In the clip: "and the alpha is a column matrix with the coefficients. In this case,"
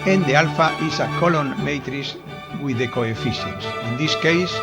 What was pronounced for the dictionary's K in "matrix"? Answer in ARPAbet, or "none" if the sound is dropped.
none